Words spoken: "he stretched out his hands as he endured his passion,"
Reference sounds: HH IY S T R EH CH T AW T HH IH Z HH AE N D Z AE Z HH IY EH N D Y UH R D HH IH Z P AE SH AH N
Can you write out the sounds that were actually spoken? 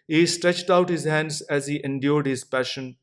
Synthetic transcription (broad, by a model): HH IY S T R EH CH T AW T HH IH Z HH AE N D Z AE Z HH IY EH N D Y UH R D HH IH Z P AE SH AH N